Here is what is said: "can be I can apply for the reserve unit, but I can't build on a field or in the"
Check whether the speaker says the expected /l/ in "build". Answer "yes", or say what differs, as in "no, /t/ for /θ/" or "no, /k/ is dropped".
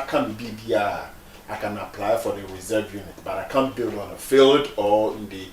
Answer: yes